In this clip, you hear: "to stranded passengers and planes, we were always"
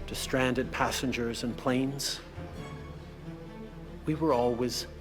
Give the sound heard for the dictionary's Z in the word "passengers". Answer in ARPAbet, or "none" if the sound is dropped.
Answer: Z